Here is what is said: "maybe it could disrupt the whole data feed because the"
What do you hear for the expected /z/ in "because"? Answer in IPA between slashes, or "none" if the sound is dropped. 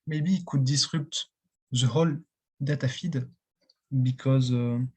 /z/